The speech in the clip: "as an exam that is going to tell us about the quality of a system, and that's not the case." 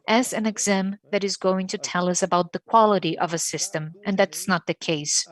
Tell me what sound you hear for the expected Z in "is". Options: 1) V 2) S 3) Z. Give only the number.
3